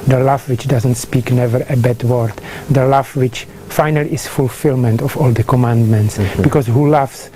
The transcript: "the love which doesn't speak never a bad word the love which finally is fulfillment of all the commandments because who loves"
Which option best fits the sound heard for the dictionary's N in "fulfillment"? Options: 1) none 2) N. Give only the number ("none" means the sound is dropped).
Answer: 2